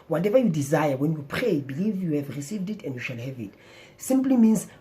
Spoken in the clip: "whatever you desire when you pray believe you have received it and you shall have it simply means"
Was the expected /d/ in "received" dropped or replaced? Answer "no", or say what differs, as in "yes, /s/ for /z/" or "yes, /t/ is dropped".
no